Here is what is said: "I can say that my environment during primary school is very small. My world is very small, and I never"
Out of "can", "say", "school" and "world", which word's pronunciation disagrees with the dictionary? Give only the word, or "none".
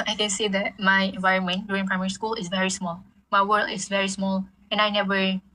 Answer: world